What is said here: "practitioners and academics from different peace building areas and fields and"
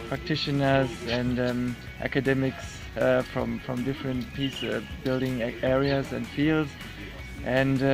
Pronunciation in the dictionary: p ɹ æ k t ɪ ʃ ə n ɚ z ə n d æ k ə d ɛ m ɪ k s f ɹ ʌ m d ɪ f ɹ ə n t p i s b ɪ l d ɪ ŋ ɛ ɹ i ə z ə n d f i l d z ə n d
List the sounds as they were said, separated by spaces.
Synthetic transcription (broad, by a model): p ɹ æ k t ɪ ʃ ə n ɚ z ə n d æ k ə d ɛ m ɪ k s f ɹ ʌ m d ɪ f ɹ ə n t p i s b ɪ l d ɪ ŋ ɛ ɹ i ə z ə n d f i l d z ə n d